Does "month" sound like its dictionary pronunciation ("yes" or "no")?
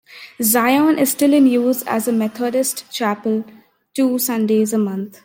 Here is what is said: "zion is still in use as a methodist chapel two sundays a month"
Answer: no